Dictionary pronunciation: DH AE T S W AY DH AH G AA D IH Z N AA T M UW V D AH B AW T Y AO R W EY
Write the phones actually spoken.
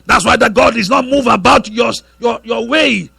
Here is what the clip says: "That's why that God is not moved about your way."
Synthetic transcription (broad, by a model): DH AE T S W AY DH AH G AA D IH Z N AA T M UW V AH B AW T Y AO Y W EY